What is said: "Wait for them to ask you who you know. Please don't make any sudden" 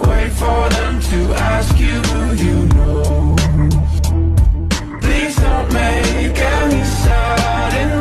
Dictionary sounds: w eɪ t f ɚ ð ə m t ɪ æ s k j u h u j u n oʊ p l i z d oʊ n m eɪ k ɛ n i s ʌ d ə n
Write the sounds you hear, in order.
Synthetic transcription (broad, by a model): w eɪ t f ɚ ð ə m t ɪ æ s k j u h u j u n oʊ p l i z d oʊ n m eɪ k ɛ n i s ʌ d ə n